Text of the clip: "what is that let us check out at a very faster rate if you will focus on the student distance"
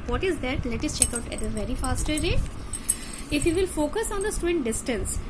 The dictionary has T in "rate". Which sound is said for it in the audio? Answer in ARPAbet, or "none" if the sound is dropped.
none